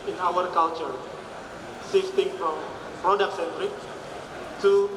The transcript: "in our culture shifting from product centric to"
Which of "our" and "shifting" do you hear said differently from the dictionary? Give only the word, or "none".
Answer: shifting